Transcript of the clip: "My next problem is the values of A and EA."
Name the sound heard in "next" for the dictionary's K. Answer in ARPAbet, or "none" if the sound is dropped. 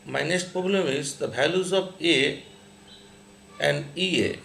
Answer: none